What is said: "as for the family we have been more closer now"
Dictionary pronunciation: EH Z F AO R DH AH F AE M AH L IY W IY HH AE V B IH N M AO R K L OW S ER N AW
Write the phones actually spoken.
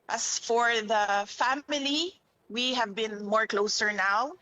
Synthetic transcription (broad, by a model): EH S F AO R DH AH F AE M AH L IY W IY HH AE V B IH N M AO R K L OW S ER N AW